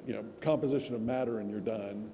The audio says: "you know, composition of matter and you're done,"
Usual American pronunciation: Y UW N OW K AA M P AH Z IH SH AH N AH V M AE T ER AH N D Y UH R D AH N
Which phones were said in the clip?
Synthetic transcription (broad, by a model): Y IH N OW K AA M P AH Z IH SH AH N AH V M AE T ER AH N Y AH R D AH N